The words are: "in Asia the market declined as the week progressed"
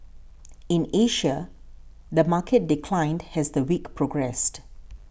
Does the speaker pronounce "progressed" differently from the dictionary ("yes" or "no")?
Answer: no